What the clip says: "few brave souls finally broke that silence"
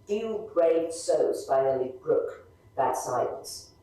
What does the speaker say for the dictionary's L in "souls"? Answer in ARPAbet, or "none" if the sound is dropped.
none